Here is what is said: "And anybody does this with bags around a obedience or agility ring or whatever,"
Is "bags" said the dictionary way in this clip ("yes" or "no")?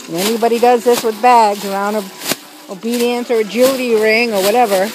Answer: yes